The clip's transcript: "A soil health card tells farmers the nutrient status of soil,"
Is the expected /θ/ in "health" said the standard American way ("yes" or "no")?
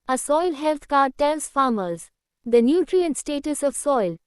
no